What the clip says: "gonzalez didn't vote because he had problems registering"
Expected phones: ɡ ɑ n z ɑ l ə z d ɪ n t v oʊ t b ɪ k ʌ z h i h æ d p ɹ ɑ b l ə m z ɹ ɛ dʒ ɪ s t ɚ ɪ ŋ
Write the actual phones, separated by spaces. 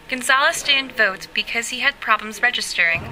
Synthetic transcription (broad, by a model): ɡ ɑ n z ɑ l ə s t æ n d v oʊ t b ɪ k ʌ z h i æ d p ɹ ɑ b l ə m z ɹ ɛ dʒ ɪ s t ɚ ɪ ŋ